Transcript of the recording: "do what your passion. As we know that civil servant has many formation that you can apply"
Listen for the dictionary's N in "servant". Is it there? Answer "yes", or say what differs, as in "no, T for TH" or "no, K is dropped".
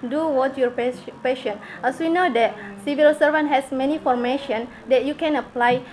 yes